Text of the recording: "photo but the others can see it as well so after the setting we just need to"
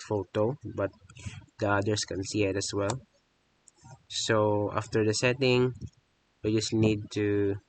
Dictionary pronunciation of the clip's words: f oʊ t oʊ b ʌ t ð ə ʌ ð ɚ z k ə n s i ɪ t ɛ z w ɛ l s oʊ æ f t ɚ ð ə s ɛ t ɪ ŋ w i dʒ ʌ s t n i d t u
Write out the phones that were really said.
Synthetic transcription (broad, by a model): f oʊ t oʊ b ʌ t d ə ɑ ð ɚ s k ə n s i ɪ t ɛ s w ɛ l s oʊ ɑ f t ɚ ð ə s ɛ t ɪ ŋ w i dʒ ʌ s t n i d t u